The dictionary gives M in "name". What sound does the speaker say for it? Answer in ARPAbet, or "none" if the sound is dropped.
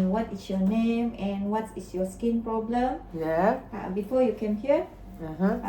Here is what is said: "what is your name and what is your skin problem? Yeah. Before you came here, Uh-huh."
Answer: M